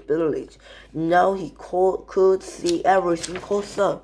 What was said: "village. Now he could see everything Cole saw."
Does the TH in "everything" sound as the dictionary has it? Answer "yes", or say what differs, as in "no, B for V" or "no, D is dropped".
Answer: no, S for TH